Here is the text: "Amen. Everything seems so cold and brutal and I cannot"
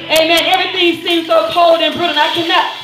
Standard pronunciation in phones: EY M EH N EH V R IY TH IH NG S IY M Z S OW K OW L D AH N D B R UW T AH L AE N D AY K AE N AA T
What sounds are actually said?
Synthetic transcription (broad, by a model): EY M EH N EH V R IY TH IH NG S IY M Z S OW K OW L D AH N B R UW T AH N AY K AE N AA T